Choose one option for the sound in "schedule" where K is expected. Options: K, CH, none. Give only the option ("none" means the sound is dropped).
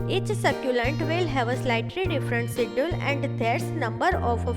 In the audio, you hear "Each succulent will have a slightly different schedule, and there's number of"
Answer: none